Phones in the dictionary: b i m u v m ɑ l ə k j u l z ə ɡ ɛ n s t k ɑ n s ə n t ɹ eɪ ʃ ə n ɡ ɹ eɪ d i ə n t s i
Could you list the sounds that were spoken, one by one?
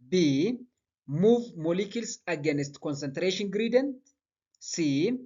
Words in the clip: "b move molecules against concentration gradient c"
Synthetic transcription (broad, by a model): b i m u v m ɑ l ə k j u l s ə ɡ ɛ n s t k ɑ n s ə n t ɹ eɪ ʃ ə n ɡ ɹ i d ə n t s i